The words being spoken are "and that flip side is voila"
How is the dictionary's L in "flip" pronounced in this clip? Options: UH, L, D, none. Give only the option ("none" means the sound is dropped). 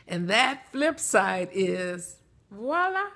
L